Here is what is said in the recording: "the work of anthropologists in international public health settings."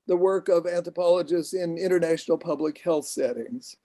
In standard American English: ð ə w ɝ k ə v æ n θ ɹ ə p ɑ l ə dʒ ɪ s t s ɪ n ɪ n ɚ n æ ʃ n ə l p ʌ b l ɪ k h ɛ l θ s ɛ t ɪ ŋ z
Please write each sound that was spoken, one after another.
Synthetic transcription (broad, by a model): ð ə w ɝ k ə v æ n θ ɹ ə p ɑ l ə dʒ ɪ s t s ɪ n ɪ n ɚ n æ ʃ n l p ʌ b l ɪ k h ɛ l θ s ɛ t ɪ ŋ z